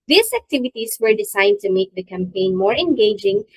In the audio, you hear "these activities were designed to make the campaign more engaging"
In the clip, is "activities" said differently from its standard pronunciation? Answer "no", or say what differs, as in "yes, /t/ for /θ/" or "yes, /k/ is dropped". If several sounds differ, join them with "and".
yes, /s/ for /z/